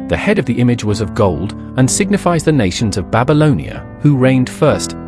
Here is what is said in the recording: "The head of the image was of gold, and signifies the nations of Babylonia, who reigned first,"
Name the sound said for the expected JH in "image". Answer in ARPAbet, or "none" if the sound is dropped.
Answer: JH